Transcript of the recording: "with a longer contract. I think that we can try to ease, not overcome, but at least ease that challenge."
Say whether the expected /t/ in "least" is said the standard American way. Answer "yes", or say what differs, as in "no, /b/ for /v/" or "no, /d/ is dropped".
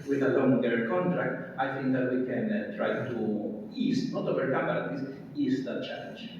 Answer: no, /t/ is dropped